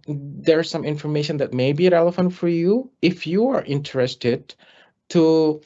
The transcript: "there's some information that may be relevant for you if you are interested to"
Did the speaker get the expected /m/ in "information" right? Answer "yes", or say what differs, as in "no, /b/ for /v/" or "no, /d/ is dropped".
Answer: yes